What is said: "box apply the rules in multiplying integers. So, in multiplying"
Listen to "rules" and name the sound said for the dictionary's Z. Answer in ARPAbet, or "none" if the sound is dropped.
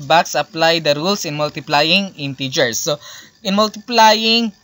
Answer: S